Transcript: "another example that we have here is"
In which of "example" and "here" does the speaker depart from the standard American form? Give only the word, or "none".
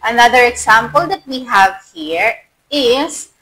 example